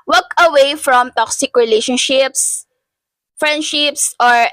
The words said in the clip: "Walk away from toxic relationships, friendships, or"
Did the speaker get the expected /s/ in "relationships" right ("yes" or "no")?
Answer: yes